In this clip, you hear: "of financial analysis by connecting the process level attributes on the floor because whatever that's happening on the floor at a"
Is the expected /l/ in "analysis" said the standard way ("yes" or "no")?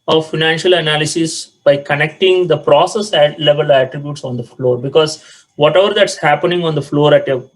yes